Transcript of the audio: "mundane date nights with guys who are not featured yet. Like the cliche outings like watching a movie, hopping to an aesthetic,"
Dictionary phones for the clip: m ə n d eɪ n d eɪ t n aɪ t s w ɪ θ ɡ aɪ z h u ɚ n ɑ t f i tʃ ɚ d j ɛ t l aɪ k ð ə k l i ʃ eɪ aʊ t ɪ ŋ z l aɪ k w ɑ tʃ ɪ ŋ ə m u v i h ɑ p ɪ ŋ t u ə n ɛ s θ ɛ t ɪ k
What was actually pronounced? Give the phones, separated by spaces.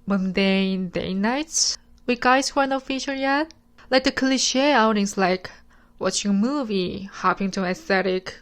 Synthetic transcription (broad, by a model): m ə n d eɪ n d eɪ n aɪ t w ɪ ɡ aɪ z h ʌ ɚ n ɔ f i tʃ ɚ j ɛ t l aɪ k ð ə k l i ʃ eɪ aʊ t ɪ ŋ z l aɪ k w ɑ tʃ ɪ ŋ ə m u v i h ɑ p ɪ ŋ t u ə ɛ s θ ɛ t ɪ k